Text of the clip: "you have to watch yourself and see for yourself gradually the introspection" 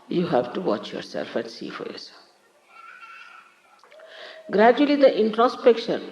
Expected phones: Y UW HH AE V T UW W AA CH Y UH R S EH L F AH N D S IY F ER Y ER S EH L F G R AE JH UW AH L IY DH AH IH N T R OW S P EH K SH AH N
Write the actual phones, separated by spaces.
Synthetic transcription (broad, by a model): Y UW HH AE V T UW W AA CH Y UH R S EH L F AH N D S IY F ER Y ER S G R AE JH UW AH L IY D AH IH N T R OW S P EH K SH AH N